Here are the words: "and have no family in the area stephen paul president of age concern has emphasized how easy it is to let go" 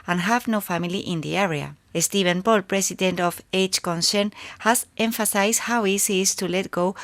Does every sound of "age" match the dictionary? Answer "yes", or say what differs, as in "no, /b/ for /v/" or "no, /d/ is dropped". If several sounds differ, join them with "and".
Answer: no, /tʃ/ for /dʒ/